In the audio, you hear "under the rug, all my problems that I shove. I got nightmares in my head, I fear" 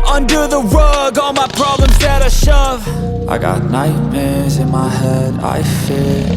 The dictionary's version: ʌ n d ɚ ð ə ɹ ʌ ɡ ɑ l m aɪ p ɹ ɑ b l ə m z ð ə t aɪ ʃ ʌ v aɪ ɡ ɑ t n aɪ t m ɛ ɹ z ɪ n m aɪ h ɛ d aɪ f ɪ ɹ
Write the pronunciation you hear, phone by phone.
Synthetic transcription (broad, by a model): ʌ n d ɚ ð ə w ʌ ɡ ɑ l m aɪ p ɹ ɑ b l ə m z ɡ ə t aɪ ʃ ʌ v aɪ ɡ ɑ t n aɪ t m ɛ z ɪ n m aɪ h ɛ d aɪ f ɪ